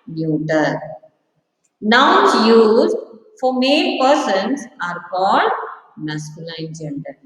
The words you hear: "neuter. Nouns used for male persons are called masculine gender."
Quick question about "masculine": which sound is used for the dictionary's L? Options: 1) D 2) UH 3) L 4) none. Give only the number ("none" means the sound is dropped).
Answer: 4